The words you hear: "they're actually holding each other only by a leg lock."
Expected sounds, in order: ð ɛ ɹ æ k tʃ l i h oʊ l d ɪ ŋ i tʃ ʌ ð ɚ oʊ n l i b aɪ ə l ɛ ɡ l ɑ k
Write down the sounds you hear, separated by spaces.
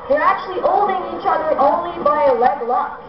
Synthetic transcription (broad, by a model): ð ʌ ɹ æ k tʃ l i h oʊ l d ɪ ŋ i tʃ ʌ ð ɚ oʊ n l i b aɪ ə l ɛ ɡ l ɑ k